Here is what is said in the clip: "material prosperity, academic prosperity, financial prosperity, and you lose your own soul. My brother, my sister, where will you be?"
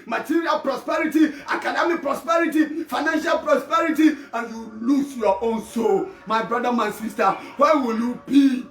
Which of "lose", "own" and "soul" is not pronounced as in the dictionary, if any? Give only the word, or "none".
lose